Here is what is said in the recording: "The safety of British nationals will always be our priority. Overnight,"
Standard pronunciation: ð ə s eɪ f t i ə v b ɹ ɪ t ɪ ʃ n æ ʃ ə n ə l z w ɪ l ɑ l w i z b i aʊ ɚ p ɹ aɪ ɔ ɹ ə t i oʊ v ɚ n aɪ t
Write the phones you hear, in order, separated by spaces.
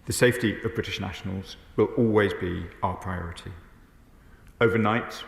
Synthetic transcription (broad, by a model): ð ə s eɪ f t i ə v b ɹ ɪ t ɪ ʃ n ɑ ʃ ə n ə l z w ɪ l ɑ l w i z b i aʊ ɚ p ɹ aɪ ɔ ɹ ə t i oʊ v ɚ n aɪ t